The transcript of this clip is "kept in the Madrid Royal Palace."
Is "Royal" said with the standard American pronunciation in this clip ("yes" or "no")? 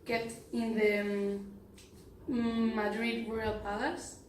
no